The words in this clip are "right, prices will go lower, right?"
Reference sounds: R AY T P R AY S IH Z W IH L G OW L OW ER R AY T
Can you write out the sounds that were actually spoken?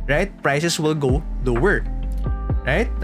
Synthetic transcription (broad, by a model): R AY T P R AY S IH S W IH L G OW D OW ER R AY T